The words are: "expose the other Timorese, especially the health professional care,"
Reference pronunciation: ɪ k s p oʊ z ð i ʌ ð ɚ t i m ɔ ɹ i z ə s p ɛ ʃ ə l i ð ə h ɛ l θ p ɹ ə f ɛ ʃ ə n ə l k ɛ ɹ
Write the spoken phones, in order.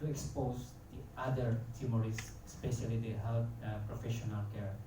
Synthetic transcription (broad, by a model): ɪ k s p oʊ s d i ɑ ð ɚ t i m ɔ ɹ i s ə s p ɛ ʃ ə l i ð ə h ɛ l t p ɹ ə f ɛ ʃ ə n ə l k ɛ ɹ